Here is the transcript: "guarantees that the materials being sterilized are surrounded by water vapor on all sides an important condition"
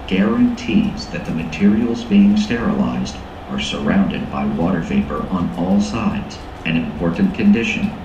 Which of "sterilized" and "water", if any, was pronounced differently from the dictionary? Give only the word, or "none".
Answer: none